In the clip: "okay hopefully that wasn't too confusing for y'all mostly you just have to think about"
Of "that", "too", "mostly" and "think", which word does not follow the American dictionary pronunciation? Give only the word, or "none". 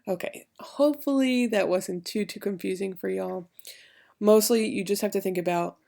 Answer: none